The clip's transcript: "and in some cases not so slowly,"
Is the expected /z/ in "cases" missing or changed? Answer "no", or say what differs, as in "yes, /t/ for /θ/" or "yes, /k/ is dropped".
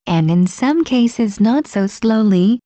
no